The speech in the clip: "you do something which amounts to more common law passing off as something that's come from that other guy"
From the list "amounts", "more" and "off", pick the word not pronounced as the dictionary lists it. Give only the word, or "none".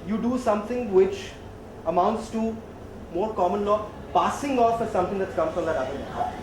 none